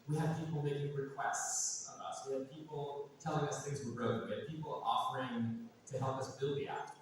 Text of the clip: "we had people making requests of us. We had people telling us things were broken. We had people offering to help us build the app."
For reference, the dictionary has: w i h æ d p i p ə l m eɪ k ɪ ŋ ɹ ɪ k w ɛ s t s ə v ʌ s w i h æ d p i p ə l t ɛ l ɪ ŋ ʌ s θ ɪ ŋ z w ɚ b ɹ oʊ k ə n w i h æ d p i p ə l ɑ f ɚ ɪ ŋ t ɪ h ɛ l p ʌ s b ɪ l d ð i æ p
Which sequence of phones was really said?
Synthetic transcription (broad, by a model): w i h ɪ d p i p l m eɪ k ɪ ŋ ɹ ɪ k w ɛ s t s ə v ʌ s w i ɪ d p i p l t ɛ l ɪ ŋ ʌ s θ ɪ ŋ z w ɚ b ɹ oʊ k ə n w i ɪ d p i p l ɑ f ɚ ɪ ŋ t ɪ h ɛ l p ʌ s b ɪ l d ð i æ